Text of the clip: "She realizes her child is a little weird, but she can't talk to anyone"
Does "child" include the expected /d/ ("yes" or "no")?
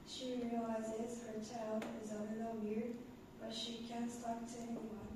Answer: no